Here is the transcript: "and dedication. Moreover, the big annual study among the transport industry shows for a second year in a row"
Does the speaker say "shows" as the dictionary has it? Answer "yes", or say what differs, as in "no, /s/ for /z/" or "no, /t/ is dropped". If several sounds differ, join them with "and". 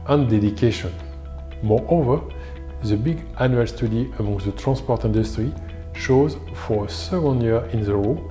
yes